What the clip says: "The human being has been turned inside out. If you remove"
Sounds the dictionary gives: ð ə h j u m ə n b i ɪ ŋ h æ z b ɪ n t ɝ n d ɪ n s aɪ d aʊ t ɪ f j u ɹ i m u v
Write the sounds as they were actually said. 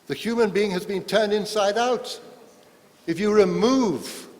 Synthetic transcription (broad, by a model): ð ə h j u m ə n b i ɪ ŋ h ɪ z b ɪ n t ɝ n d ɪ n s aɪ d aʊ t ɪ f j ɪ ɹ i m u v